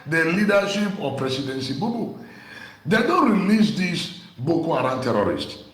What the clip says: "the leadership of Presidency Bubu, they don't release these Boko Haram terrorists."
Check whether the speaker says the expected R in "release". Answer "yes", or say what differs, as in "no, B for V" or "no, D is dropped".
yes